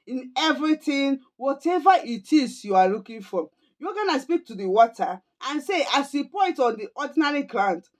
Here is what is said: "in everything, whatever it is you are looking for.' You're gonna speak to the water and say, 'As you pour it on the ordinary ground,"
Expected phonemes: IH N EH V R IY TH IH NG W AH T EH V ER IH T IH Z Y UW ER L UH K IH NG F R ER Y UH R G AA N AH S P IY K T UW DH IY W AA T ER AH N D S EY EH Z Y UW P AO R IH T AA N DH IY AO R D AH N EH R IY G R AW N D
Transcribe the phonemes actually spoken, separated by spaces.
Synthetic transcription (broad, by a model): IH N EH V R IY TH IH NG W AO T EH V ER IH T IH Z Y UW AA L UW K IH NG F R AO Y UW G AA N AH S P IY K T UW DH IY W AA T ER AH N S EY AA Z Y UW P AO IH T AA N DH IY AO D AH N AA R IY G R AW N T